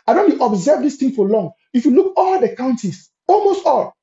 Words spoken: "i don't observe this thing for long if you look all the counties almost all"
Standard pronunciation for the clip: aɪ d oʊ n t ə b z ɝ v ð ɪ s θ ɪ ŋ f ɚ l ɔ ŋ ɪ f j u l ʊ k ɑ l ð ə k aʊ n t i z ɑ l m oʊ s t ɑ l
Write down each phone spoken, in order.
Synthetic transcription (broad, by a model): aɪ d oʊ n t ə b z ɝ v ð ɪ s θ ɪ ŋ f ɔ l ɔ ŋ ɪ f j u l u k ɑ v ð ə k aʊ n t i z ɑ l m oʊ s t ɑ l